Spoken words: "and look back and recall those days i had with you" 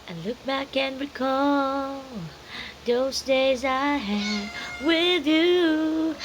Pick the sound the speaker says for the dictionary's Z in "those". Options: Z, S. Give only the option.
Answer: Z